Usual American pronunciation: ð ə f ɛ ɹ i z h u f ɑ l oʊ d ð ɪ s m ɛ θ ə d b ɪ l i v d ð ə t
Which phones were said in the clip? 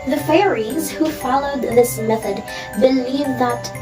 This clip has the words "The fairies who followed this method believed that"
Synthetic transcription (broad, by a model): ð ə f ɛ ɹ i z h u f ɑ l oʊ d ð ɪ s m ɛ θ ə d b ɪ l i v ð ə t